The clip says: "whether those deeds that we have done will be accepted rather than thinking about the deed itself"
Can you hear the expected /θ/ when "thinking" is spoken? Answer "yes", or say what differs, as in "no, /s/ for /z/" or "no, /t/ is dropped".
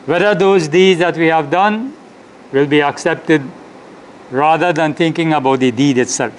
no, /t/ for /θ/